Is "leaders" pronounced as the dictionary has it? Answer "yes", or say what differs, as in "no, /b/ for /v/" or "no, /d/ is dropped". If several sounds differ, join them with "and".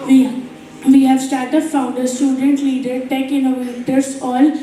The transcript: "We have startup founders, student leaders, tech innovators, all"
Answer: no, /z/ is dropped